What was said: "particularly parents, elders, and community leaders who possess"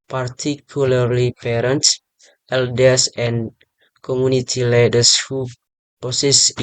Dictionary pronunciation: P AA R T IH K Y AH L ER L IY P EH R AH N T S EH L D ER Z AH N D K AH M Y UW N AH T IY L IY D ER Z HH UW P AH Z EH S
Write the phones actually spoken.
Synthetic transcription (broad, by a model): P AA R T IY K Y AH L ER L IY P EH R AH N T S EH L D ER S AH N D K AH M Y UW N AH T IY L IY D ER S HH UW P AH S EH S